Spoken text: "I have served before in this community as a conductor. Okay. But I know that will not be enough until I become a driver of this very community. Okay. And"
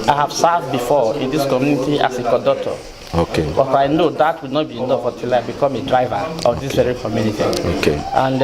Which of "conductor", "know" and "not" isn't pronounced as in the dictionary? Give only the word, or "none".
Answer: conductor